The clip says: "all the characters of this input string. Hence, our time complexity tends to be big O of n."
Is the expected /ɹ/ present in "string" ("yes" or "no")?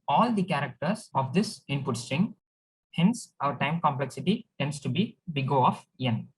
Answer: yes